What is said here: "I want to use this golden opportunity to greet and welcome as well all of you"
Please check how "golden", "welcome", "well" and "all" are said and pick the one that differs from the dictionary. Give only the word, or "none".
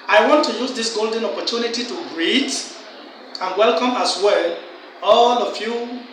none